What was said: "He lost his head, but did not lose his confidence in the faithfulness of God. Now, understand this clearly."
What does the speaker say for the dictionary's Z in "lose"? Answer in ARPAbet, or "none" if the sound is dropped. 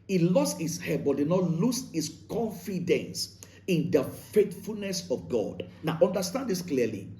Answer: S